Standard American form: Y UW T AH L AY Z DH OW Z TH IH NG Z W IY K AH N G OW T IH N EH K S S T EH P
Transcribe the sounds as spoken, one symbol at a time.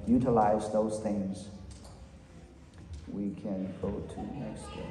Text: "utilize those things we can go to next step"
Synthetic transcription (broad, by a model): Y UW T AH L AY Z DH OW Z TH IH NG Z W IY K AH N G OW T IH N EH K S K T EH